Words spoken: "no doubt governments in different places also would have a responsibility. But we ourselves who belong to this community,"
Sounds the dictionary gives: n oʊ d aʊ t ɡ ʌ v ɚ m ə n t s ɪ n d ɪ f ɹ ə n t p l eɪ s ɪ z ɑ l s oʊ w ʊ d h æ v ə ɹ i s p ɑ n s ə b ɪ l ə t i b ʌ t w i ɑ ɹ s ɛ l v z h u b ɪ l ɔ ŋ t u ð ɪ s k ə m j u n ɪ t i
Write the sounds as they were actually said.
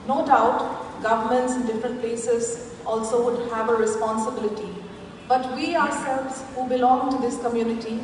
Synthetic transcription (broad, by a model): n oʊ d aʊ t ɡ ʌ v ɚ m ə n t s ɪ n d ɪ f ɹ ə n t p l eɪ s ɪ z ɑ l s oʊ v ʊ d h æ v ə ɹ i s p ɑ n s ə b ɪ l ə t i b ʌ t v i ɑ ɹ s ɛ l v z h u b ɪ l ɔ ŋ t u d ɪ s k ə m j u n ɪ t i